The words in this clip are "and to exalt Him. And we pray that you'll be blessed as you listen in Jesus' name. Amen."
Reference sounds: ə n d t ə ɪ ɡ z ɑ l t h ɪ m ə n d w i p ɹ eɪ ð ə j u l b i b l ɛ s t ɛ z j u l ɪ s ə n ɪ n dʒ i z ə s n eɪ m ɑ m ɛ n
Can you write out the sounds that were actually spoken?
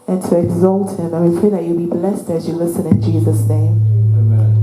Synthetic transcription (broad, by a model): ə n t ə ɪ ɡ z ɑ l t h ɪ m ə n w i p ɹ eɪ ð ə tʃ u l b i b l ɛ s t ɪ z j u l ɪ s ə n ɪ n dʒ i z ə s n eɪ ɑ m